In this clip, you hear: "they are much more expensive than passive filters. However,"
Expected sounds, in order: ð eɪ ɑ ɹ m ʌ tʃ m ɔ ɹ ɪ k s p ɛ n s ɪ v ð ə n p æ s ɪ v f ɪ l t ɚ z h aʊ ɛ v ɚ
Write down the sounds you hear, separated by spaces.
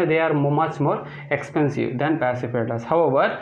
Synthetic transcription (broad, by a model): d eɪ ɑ ɹ m ʌ tʃ m ɔ ɹ ɪ k s p ɛ n s ɪ v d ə n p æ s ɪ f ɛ t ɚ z h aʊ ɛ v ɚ